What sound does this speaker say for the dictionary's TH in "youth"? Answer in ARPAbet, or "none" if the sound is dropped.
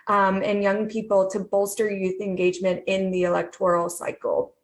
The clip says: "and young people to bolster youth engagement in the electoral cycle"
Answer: TH